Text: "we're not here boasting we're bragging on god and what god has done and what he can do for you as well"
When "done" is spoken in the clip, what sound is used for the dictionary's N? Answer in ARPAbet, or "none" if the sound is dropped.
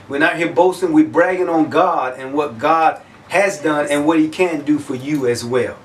N